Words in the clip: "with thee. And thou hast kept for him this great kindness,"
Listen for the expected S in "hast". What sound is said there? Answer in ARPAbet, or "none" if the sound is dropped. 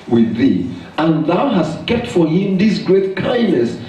S